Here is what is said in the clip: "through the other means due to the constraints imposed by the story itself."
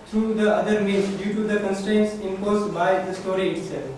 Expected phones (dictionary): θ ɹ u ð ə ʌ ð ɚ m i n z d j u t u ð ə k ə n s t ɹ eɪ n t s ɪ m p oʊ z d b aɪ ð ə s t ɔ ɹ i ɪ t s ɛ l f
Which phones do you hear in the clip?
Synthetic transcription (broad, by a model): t ɹ u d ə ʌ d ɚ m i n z d j u t u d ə k ə n s t ɹ eɪ n t s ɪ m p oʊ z b aɪ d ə s t ɔ ɹ i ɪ t s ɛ l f